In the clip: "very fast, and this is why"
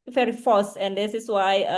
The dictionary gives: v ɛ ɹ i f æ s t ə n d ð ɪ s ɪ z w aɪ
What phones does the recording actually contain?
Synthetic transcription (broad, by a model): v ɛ ɹ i f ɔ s ə n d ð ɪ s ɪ s w aɪ